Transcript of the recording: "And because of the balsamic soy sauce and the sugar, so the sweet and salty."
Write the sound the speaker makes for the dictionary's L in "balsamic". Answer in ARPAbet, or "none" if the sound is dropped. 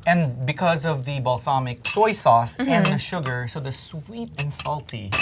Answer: L